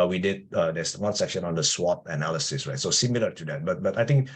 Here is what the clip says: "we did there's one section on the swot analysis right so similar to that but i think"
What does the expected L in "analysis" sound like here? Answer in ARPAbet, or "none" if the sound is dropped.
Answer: L